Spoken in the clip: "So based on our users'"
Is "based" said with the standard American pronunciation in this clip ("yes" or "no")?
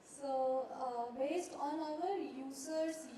yes